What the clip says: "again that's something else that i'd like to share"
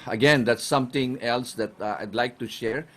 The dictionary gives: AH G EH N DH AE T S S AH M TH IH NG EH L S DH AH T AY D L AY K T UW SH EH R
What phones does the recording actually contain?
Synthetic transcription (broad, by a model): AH G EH N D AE T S S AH M T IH NG EH L S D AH T AY D L AY K T UW SH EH R